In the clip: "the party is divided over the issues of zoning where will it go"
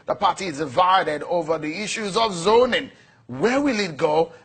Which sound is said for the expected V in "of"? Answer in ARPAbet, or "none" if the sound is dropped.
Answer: V